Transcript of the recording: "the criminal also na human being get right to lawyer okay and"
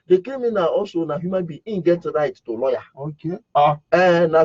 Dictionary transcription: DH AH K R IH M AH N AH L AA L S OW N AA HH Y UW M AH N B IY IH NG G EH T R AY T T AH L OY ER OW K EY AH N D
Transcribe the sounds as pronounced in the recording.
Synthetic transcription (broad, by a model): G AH K EH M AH N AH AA S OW N AA HH Y UW M AH N B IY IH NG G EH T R AY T T AH L OY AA OW K EY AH N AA